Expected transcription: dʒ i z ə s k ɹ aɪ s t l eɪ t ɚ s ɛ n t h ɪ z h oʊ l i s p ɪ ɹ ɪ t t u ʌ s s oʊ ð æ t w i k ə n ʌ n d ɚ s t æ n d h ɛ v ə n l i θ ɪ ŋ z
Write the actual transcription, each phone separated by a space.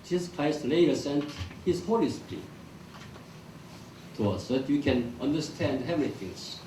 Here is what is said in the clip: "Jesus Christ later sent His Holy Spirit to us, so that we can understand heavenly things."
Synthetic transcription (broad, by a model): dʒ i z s k ɹ aɪ s t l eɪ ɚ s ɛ n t h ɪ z h oʊ l i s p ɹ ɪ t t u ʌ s s oʊ ð æ t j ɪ k ə n ʌ n d ɚ s t æ n d h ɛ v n i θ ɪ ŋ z